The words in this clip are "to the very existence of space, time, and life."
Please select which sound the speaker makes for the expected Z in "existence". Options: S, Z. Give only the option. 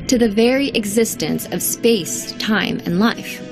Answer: Z